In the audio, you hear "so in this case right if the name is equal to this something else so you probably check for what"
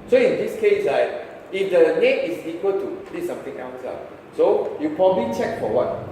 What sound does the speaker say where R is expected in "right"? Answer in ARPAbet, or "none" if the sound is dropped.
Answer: L